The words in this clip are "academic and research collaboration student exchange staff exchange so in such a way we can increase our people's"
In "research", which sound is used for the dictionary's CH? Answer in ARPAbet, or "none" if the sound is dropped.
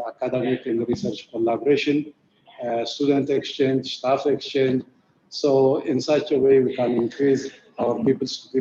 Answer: CH